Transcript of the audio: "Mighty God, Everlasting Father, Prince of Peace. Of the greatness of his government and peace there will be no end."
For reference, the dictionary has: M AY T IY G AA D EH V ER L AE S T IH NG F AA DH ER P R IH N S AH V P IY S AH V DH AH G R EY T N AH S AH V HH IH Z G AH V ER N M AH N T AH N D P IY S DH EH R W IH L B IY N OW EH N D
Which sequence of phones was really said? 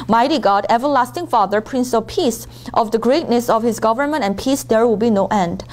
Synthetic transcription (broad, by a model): M AY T IY G AA D EH V ER L AE S T IH NG F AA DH ER P R IH N S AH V P IY S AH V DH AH G R EY T N AH S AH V HH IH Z G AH V ER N M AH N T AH N P IY S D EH R W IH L B IY N OW EH N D